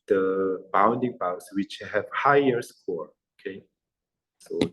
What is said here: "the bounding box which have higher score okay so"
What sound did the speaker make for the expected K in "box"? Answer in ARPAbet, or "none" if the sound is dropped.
none